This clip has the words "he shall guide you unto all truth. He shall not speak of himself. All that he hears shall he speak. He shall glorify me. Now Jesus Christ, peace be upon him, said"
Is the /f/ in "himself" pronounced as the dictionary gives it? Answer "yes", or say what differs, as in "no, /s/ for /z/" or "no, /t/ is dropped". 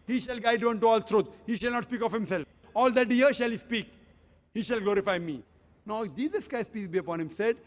yes